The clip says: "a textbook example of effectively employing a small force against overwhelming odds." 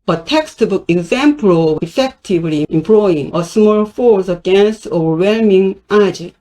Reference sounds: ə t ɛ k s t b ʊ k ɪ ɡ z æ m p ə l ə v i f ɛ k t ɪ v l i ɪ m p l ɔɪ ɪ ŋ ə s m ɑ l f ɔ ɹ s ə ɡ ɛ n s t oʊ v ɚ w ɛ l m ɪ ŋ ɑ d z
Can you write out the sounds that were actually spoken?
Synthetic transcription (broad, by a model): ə t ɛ k s t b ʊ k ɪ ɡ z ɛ m p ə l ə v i f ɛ k t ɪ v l i ɪ m p l ɔɪ ɪ ŋ ə s m ɑ l f ɔ ɹ s ə ɡ ɛ n s t oʊ v ɚ w ɛ l m ɪ ŋ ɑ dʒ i